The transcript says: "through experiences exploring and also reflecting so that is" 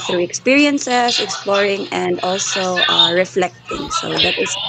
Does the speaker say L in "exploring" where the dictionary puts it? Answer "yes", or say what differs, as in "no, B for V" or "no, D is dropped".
yes